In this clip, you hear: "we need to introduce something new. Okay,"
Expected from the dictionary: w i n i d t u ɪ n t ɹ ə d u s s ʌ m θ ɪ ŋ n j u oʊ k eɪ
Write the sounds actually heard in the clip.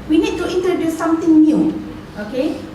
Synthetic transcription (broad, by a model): w i n i d t u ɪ n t ə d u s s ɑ m t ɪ ŋ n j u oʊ k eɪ